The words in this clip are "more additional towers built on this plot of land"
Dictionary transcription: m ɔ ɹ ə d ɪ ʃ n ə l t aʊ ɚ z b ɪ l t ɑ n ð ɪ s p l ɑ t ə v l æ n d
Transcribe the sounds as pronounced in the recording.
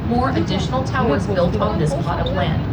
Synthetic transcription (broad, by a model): m ɔ ɹ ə d ɪ ʃ n l t aʊ ɚ z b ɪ l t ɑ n ð ɪ s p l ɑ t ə p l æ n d